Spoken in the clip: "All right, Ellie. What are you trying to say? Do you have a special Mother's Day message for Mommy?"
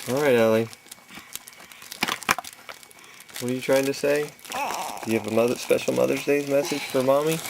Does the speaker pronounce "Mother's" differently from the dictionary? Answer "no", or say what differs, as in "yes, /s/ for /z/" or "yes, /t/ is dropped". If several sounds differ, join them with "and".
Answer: no